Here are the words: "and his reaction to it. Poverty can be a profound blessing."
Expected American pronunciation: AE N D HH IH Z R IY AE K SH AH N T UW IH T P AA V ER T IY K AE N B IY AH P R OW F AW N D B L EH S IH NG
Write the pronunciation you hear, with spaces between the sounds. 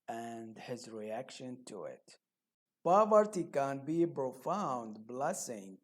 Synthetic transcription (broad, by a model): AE N D HH IH Z R IY AE K SH AH N T UW IH T P AA V ER T IY K AE N B IY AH P R OW F AW N D B L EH S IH NG